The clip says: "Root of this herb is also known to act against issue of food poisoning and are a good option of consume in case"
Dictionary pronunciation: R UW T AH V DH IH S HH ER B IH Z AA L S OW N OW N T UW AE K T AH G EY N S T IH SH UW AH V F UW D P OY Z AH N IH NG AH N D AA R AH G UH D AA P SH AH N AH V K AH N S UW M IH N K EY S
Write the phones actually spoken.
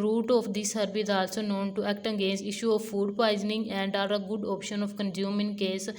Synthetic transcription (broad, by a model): R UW T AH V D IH S HH ER B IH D AA L S OW N OW N T UW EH K T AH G EY N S IH SH UW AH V F UW D P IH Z N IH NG AH N D AA R AH G UH D AA P SH AH N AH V K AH N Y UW M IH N K EY S